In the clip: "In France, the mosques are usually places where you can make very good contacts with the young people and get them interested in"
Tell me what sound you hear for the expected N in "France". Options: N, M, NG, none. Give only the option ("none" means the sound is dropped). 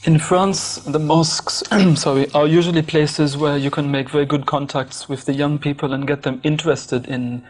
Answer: N